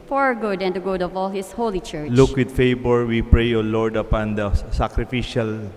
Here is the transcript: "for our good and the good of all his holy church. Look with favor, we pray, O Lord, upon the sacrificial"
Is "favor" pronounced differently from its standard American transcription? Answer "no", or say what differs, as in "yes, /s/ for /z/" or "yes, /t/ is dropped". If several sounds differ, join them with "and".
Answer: yes, /b/ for /v/